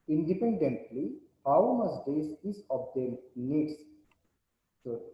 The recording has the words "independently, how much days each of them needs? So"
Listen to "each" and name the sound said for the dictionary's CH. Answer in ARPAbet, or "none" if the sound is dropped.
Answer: S